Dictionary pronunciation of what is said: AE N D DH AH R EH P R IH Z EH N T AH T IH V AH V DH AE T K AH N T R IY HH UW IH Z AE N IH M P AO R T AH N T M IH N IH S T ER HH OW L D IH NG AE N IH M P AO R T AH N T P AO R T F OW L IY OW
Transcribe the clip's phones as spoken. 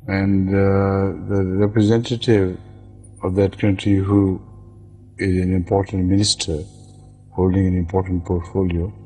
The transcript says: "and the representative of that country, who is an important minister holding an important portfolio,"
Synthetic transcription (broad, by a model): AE N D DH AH R EH P R IH Z EH N T AH T IH V AH V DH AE T K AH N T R IY HH UW IH Z AE N IH M P AO R T AH N T M IH N IH S T ER HH OW L D IH NG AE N IH M P AO R T AH N T P AO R T F OW L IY OW